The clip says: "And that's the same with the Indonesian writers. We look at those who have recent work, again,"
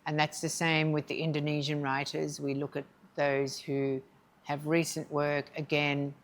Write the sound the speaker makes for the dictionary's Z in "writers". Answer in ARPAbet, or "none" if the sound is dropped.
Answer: Z